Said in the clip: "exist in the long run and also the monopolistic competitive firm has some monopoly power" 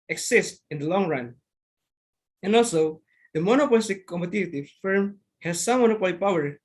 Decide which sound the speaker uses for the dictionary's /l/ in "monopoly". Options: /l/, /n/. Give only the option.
/l/